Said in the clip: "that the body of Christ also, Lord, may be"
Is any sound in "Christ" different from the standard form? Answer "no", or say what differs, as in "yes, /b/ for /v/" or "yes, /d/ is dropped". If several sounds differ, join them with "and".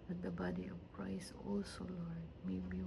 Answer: yes, /t/ is dropped